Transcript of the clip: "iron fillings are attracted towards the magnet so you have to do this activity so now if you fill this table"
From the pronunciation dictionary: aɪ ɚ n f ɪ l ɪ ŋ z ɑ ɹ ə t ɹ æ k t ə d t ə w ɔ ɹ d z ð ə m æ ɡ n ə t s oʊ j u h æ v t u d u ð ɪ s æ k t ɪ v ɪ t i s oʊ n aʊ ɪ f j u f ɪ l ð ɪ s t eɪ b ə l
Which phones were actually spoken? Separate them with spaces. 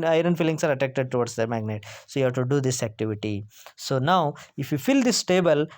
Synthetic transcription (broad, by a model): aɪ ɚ n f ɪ l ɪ ŋ s ɑ ɹ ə t æ k t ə d t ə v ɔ ɹ d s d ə m æ ɡ n ə t s oʊ j u h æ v t u d u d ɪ s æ k t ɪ v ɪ t i s oʊ n aʊ ɪ f j u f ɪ l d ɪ s t eɪ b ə l